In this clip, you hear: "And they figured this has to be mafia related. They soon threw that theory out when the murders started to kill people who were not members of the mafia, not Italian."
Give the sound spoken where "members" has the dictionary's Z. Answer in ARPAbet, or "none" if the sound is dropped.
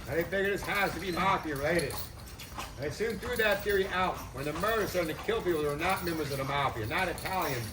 Z